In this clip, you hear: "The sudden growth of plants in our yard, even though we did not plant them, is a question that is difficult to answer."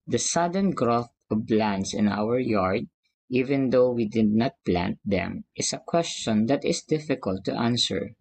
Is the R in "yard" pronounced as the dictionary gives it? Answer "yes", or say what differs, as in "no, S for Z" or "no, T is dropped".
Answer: yes